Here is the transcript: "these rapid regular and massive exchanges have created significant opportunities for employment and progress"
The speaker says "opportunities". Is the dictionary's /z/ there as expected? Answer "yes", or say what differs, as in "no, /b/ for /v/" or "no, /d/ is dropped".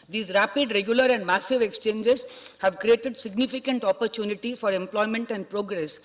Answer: no, /z/ is dropped